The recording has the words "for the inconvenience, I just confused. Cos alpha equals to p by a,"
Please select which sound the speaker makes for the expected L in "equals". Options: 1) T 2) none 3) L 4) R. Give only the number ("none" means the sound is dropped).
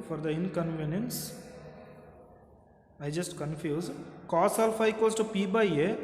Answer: 2